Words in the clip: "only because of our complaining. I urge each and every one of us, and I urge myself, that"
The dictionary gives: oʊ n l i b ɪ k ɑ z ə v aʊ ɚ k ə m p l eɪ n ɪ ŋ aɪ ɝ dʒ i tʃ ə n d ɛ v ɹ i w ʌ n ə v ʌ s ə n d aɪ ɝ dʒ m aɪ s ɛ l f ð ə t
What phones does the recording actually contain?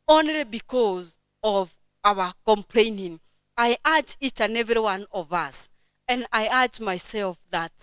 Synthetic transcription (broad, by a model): oʊ n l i b ɪ k ɑ z ə v aʊ ɚ k ə m p l eɪ n ɪ ŋ aɪ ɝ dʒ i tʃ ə n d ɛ v ɹ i w ʌ n ə v ʌ s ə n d aɪ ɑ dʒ m aɪ s ɛ l f ð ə t